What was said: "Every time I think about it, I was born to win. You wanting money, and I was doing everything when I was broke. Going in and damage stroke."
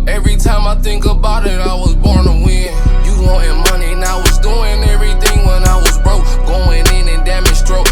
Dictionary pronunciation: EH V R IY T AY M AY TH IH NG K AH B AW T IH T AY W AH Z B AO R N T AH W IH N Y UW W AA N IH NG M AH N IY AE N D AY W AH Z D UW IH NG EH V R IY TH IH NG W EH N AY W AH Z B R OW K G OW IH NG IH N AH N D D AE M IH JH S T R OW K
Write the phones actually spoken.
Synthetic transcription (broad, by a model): EH V R IY T AY M AY TH IH NG K AH B AW T IH T AY W AH Z B AO R N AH W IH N Y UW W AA IH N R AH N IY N AY W AH Z D UW IH NG EH V R IY TH IH NG W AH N AY W AH Z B R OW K G OW IH NG IH N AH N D D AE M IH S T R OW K